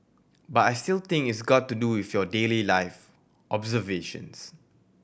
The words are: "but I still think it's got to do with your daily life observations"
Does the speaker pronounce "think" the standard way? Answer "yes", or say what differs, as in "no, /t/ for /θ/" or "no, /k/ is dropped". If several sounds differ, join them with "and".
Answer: no, /t/ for /θ/